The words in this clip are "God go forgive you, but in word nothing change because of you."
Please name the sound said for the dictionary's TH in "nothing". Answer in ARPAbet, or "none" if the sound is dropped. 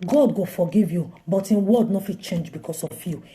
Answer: F